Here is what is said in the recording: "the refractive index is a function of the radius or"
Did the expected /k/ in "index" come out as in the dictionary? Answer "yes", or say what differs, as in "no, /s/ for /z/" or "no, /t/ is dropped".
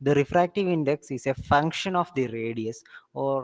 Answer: yes